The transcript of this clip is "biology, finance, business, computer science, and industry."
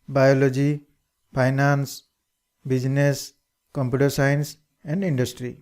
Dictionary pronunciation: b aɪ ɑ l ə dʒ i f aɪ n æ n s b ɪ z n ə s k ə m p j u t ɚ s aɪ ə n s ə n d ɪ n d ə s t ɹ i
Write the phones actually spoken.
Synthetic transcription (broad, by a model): b aɪ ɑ l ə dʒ i p aɪ n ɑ n s b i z n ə s k ə m p j u t ɚ s aɪ n s ə n d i n d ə s t ɹ i